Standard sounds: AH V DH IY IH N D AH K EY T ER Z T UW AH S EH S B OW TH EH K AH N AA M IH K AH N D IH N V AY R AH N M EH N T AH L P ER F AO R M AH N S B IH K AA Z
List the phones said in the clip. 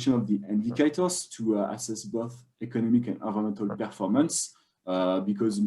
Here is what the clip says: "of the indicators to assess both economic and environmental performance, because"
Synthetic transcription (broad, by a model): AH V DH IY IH N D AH K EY T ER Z T UW AH S EH S B OW TH EH K AH N AA M IH K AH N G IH V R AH M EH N T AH L P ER F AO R M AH N S B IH K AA Z